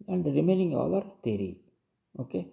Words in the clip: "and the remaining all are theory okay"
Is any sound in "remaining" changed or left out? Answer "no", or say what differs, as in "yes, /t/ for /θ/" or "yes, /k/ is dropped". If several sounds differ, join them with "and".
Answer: no